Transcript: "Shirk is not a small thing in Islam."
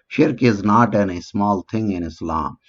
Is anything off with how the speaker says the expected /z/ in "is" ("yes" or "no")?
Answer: no